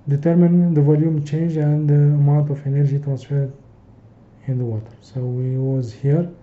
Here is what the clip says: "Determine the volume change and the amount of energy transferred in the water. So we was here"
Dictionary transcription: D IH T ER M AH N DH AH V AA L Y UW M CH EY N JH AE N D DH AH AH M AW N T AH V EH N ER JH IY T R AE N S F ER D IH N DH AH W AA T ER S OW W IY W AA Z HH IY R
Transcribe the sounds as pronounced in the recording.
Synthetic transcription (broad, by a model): D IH T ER M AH N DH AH V AA L Y UW M CH EY N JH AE N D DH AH AH M AW N T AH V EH N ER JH IY T R AE N S F ER D IH N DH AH W AA T ER S OW W IY W AA Z HH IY R